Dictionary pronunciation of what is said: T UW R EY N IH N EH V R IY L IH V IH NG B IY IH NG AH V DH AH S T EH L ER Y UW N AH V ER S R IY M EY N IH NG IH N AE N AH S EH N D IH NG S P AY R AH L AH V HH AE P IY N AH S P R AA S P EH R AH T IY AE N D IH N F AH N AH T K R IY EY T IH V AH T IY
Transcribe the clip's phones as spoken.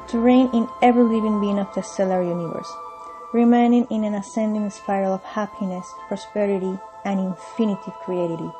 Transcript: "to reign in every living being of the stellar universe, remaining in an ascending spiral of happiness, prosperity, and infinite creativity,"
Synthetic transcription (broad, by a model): T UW R EY N IH N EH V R L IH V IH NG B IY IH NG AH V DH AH S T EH L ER Y UW N AH V ER S R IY M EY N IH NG IH N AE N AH S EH N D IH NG S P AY AH L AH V HH AE P IY N AH S P R AA S P EH R AH T IY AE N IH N F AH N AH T K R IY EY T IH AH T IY